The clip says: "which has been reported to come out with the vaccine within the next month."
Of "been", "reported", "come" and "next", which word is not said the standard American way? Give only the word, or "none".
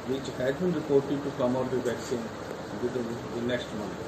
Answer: none